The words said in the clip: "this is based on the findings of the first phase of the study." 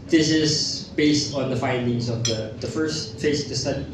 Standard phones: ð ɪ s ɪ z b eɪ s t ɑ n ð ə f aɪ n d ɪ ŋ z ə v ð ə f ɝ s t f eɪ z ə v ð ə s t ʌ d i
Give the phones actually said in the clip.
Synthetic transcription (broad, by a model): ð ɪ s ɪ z b eɪ s t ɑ n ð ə f aɪ n d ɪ ŋ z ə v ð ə f ɝ s t f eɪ ə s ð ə s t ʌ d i